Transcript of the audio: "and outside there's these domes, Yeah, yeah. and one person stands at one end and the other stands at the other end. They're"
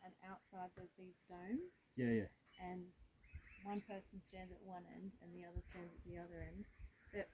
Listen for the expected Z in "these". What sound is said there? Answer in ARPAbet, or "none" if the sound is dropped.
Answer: Z